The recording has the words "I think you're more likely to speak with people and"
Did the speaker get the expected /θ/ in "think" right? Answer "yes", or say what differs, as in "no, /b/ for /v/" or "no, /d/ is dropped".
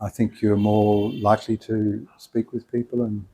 yes